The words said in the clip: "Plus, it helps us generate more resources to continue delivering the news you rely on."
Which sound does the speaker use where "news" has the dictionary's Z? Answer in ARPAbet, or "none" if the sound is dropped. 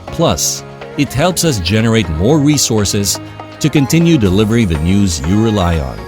Z